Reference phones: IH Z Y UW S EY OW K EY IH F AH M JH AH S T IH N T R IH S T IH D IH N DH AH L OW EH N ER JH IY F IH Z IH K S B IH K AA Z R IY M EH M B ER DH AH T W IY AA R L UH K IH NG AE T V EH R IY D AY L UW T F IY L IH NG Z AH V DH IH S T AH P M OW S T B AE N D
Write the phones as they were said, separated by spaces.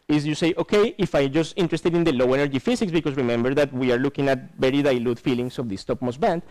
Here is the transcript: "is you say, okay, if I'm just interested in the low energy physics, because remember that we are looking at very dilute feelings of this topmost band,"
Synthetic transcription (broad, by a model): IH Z Y UW S EY OW K EY IH F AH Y JH AH S T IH N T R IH S T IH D IH N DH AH L OW EH N ER JH IY F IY S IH K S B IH K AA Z R IY M EH M B ER DH AH T W IY AA R L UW K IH NG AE T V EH R IY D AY L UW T F IY L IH NG S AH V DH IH S T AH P M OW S B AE N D